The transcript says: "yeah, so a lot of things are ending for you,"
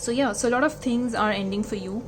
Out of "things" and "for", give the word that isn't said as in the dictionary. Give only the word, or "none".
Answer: things